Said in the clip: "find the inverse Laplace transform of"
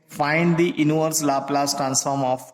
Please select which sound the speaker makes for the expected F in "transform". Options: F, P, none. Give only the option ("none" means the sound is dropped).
F